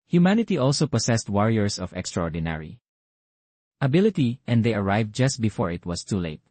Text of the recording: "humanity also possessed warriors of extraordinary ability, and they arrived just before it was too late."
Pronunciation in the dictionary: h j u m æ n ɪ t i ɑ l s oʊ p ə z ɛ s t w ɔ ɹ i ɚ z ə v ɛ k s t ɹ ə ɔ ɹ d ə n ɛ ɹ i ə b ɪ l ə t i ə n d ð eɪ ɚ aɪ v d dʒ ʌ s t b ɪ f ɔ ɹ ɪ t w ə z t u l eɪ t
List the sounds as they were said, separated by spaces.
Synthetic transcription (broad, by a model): h j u m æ n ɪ t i ɑ l s oʊ p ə s ɛ s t w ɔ ɹ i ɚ s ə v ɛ k s t ɹ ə ɔ ɹ d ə n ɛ ɹ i ə b ɪ l ə t i ə n d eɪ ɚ aɪ v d dʒ ʌ s t b ɪ f ɔ ɹ ɪ t w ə s t u l eɪ t